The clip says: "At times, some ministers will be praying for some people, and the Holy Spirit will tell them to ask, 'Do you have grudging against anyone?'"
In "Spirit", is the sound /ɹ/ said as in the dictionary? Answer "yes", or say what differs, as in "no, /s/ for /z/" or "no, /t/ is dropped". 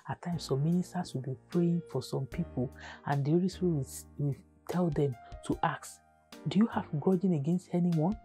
no, /w/ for /ɹ/